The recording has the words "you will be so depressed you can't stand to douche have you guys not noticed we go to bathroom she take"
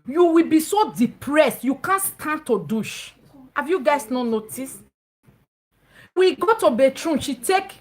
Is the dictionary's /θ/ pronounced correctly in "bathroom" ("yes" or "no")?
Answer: no